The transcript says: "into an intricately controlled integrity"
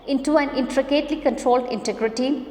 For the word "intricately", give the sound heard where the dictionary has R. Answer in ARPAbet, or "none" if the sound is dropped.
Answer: R